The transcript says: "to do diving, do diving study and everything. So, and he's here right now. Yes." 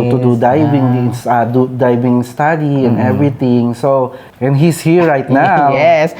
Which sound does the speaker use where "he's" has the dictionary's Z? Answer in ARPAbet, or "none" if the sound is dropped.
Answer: S